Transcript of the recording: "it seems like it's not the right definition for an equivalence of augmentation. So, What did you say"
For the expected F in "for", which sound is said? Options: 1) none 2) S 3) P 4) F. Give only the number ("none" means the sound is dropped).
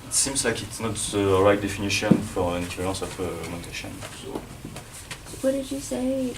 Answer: 4